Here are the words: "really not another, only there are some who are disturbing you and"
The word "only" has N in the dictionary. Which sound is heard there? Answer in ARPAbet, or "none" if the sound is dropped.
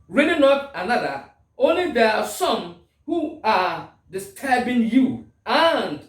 N